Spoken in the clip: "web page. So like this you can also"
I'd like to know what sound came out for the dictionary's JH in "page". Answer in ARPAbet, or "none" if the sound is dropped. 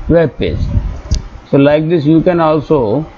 Z